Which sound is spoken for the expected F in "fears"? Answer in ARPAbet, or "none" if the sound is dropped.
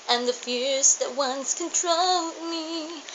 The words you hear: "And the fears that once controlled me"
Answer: F